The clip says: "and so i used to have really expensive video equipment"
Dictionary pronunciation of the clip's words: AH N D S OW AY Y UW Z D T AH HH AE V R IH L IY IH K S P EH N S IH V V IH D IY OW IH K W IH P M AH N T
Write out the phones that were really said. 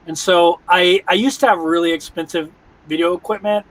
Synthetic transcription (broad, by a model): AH N S OW AY Y UW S T AH V R IH L IY IH K S P EH N S IH V V IH D IY OW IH K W IH P M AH N T